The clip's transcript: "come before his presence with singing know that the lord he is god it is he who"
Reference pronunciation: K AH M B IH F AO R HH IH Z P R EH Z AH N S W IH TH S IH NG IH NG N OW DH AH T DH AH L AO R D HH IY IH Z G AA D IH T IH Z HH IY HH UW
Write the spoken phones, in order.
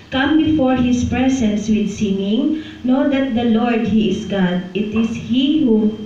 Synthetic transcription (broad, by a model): K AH M B IH F AO R HH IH S P R EH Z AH N S W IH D S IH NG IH NG N OW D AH T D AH L AO R D HH IY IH S G AA D IH T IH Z HH IY HH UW